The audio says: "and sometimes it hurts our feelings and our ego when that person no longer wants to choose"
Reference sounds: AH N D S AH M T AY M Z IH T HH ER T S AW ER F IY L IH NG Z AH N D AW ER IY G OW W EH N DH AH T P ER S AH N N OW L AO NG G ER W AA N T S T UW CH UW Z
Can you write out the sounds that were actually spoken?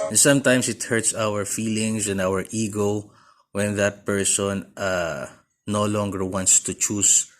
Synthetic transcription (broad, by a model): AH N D S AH M T AY M S IH T HH ER T S AW ER F IY L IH NG S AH N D AW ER IY G OW W EH N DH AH T P ER S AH N N OW L AO NG G ER W AA N T S T UW CH UW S